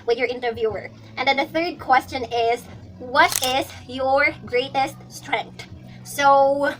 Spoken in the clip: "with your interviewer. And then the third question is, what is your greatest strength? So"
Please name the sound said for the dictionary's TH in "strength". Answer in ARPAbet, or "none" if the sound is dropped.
T